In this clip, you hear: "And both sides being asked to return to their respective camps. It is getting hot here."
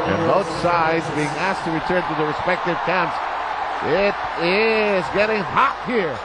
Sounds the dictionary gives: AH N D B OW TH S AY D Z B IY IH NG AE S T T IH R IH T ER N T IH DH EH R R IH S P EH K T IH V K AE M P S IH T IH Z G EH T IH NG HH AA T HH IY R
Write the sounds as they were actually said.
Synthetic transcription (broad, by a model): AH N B OW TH S AY D Z B IY IH NG AE S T T IH R IH T ER N T IH DH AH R R IH S P EH K T IH V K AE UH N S IH T IH Z G EH T IH NG HH AA T HH IY R